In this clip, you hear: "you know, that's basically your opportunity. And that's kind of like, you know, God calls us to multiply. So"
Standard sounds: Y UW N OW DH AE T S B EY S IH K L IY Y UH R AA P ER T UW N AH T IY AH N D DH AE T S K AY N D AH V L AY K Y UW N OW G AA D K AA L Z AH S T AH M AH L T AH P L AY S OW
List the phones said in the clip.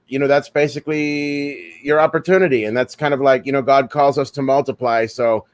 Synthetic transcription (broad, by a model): Y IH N OW DH AE T S B EY S IH K L IY Y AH R AA P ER T UW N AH T IY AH N DH AE T S K AY N D AH V L AY K Y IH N OW G AA D K AA L Z AH S T AH M AH L T AH P L AY S OW